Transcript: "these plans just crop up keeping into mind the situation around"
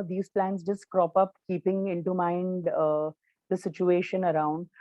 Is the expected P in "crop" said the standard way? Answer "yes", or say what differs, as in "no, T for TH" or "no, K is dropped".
yes